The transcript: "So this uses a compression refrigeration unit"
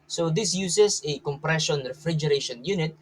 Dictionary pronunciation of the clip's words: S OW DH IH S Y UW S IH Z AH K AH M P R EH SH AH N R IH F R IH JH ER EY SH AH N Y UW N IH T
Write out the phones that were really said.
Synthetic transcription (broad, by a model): S OW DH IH S Y UW S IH S AH K AH M P R EH SH AH N R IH F R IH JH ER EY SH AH N Y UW N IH T